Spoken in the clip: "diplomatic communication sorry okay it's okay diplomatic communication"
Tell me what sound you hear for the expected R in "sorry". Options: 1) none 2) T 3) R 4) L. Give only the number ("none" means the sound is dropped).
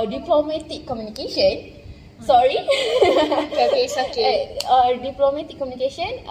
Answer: 3